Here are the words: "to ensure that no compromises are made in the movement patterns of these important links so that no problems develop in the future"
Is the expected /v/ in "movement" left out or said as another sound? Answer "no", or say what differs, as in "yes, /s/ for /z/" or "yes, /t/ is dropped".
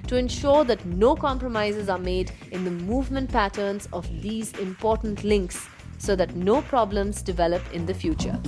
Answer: no